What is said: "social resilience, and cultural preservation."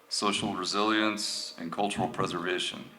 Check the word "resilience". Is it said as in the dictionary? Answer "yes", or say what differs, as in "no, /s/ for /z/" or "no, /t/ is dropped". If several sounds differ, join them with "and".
yes